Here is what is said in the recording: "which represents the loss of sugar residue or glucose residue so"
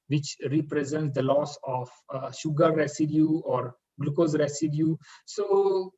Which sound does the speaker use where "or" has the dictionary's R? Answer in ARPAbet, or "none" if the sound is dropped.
R